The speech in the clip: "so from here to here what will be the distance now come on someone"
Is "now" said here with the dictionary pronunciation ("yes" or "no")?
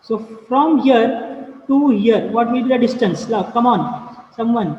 no